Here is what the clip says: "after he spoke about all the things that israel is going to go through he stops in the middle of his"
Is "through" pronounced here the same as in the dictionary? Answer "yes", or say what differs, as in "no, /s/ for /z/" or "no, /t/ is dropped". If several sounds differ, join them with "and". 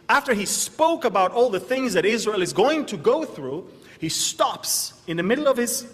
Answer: yes